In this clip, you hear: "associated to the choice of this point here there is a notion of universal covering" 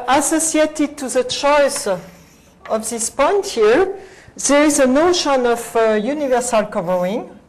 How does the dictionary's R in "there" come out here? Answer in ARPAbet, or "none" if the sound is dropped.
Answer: R